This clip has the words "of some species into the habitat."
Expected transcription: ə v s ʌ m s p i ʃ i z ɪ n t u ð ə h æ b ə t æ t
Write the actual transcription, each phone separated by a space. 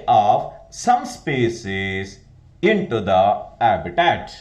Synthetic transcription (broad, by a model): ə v s ʌ m s p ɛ s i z ɪ n t u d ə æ b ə t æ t